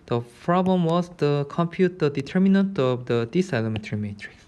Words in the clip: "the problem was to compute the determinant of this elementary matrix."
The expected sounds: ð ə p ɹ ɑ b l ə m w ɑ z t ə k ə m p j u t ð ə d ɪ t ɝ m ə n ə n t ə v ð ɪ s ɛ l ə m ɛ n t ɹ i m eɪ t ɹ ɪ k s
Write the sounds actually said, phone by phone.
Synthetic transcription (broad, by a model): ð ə p ɹ ɑ b l ə m w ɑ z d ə k ə m p j u t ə d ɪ t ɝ m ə n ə n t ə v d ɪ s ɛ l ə m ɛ t ɹ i m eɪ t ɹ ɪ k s